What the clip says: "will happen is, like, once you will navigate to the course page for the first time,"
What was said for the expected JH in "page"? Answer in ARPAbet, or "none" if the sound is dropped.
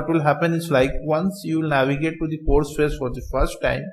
Z